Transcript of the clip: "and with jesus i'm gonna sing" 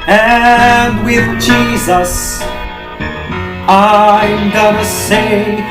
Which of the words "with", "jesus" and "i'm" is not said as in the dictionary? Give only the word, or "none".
none